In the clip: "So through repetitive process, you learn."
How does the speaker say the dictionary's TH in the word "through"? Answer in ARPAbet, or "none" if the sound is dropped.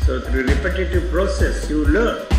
T